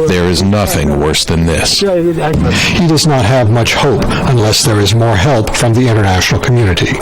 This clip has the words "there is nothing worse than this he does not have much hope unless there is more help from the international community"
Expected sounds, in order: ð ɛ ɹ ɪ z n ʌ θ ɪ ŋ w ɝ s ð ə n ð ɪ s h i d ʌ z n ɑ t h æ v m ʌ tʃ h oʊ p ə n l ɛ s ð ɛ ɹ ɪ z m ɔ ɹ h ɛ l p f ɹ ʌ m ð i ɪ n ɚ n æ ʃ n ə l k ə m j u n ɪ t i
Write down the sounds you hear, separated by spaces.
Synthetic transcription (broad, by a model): ð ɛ ɹ ɪ z n ʌ θ ɪ ŋ w ɝ s ð ə n ð ɪ s h i d ʌ z n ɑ t h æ v m ʌ tʃ h oʊ p ə n l ɛ s ð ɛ ɹ ɪ z m ɔ ɹ h ɛ l p f ɹ ʌ m ð i ɪ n ɚ n æ ʃ n l k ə m j u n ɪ t i